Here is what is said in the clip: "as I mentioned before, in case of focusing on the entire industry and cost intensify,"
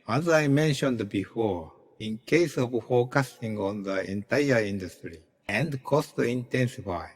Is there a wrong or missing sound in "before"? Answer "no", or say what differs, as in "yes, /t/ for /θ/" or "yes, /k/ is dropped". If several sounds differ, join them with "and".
no